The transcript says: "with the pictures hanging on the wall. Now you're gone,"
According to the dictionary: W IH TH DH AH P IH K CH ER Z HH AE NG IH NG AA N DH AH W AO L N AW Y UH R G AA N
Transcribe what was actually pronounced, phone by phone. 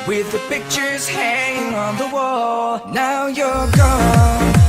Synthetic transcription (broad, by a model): W IH DH AH P IH K CH ER Z HH AE NG IH NG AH N DH AH W AO L N AW Y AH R G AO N